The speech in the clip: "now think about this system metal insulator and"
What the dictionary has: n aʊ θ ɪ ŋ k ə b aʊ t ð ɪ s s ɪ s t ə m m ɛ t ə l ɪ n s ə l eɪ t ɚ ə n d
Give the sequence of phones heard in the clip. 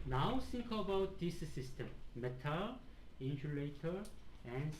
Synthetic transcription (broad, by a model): n aʊ s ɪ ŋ k ə b aʊ t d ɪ s s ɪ s t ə m m ɛ t ə l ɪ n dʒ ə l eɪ t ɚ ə n